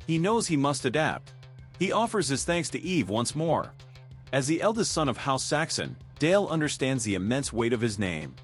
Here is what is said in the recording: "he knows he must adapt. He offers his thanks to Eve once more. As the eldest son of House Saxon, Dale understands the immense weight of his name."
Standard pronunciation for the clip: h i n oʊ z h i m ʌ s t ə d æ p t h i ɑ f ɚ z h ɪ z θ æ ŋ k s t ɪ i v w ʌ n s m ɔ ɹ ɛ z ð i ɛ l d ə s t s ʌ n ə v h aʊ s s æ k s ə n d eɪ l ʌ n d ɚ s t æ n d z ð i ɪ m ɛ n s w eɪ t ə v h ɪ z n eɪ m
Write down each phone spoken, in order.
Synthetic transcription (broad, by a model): h i n oʊ z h i m ʌ s t ə d æ p t h i ɑ f ɚ z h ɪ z θ æ ŋ k s t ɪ i v w ʌ n s m ɔ ɹ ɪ z ð i ɛ l d ə s t s ʌ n ə v h aʊ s s æ k s ə n d eɪ l ʌ n d ɚ s t æ n d z ð i ɪ m ɛ n s w eɪ t ə v ɪ z n eɪ m